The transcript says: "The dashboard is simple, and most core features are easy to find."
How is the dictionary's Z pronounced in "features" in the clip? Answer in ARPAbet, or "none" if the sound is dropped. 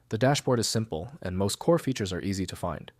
Z